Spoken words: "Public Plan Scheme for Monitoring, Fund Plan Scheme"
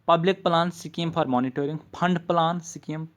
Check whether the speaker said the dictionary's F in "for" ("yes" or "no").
no